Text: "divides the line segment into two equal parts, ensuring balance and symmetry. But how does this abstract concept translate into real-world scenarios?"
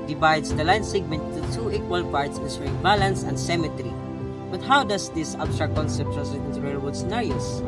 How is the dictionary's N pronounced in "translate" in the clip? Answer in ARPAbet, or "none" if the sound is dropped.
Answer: none